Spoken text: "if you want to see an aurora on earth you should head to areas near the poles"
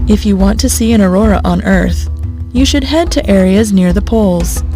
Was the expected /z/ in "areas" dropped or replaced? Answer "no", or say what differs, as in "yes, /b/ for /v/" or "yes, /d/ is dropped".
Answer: no